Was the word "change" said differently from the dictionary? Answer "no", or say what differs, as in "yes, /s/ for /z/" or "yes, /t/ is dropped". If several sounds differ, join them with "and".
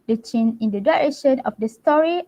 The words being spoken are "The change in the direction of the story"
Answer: yes, /dʒ/ is dropped